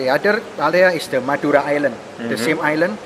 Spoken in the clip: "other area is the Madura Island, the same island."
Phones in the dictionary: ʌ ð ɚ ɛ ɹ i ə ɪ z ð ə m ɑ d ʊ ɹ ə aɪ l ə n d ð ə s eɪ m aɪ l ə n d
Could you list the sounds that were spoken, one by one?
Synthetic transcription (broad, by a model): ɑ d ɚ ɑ l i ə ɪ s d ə m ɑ d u ɹ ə aɪ l ə n d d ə s eɪ m aɪ l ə n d